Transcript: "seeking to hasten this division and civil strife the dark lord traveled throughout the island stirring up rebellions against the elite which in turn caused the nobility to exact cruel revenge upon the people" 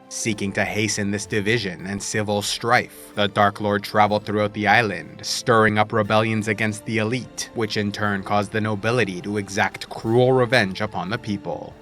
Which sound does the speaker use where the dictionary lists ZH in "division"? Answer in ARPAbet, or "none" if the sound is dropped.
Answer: ZH